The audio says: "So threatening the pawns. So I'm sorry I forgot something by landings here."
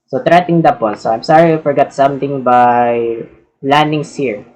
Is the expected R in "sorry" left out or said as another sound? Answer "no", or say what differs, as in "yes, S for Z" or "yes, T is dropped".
no